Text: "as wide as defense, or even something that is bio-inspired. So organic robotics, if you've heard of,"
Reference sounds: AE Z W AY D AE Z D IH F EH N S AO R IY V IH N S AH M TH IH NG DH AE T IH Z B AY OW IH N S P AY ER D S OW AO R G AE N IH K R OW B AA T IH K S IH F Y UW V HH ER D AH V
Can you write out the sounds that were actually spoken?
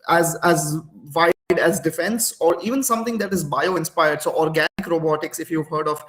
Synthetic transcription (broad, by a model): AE Z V AY D AE Z D IH F EH N S AO R IY V IH N S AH M T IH NG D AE T IH Z B AY OW IH N S P AY ER D S OW AO R G AE N IH K R OW B AA T IH K S IH F Y UW V HH ER D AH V